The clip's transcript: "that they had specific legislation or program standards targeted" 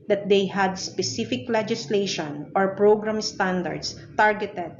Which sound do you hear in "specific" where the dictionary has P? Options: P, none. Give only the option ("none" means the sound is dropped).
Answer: P